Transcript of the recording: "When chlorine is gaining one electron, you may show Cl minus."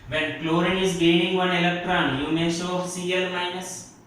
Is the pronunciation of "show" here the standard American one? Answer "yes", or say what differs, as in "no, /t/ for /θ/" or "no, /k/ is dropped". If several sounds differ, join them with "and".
no, /s/ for /ʃ/